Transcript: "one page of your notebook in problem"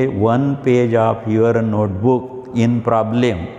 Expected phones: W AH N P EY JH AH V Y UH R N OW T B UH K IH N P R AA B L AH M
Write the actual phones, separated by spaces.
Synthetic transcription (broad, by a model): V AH N P EY JH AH P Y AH R N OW T B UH K IH N P R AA B L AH M